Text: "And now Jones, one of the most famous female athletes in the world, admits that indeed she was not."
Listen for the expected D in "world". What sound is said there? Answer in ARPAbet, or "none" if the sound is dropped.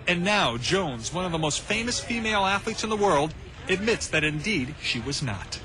D